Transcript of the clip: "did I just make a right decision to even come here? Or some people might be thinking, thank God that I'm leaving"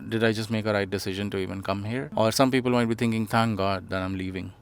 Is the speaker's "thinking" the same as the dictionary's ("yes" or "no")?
no